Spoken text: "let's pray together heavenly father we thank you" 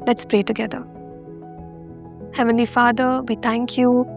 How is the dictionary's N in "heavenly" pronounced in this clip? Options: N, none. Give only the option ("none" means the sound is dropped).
N